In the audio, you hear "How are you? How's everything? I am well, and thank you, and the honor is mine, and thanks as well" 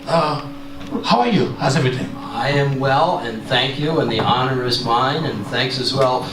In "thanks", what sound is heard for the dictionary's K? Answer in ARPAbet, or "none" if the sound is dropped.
K